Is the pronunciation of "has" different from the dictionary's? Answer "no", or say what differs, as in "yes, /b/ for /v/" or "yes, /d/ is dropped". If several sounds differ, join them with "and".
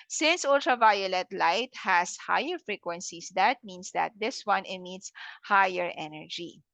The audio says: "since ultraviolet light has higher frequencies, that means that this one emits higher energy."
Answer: yes, /s/ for /z/